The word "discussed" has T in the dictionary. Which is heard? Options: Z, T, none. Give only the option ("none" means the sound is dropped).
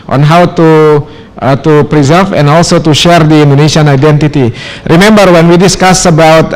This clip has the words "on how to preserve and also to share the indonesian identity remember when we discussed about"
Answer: none